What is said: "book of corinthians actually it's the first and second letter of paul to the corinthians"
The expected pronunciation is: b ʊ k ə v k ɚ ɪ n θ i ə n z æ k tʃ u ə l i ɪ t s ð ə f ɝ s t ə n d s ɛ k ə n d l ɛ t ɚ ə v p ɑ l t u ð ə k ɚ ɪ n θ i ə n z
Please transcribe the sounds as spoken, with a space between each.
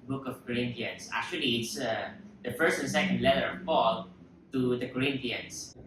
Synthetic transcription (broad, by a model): b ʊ k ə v k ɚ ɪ n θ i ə n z æ k tʃ u ə l i ɪ t s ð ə f ɝ s t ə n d s ɛ k ə n d l ɛ t ɚ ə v p ɑ l t u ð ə k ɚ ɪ n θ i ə n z